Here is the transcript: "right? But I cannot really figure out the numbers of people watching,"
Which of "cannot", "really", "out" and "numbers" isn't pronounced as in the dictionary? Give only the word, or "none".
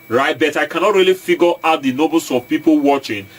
numbers